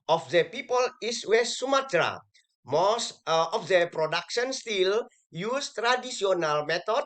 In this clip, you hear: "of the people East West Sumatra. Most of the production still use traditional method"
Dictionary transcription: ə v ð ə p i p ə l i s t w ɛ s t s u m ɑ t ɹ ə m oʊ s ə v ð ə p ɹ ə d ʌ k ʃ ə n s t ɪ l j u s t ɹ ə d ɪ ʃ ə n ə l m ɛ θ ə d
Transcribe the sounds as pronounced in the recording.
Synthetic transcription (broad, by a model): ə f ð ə p i p ə l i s w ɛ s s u m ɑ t ɹ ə m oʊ s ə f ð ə p ɹ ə d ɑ k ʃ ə n s t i l j u s t ɹ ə d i s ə n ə l m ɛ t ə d